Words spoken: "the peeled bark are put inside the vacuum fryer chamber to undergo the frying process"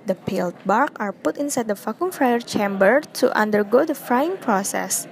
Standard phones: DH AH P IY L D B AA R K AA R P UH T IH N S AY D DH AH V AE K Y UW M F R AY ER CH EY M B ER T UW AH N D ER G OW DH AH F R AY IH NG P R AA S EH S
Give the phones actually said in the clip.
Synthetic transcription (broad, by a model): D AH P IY L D B AA R K AA R P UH T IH N S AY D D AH F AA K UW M F R AY ER CH EY M B ER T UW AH N D ER G OW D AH F R AY IH NG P R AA S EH S